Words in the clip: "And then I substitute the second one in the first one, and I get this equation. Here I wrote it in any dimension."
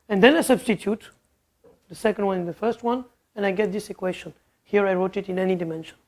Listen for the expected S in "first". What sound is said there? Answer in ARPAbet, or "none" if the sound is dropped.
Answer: S